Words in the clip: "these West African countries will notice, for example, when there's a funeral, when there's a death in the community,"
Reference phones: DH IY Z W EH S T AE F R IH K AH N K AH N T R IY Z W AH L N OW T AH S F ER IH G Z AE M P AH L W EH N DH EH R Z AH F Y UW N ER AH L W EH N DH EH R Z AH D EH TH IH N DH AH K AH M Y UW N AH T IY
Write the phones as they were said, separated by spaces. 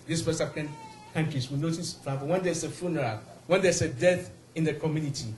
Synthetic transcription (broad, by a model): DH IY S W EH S AA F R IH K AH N K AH N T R IY S W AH N OW T AH S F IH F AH W EH N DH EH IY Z AH F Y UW N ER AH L W EH N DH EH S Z AH D EH TH IH N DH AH K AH M Y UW N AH T IY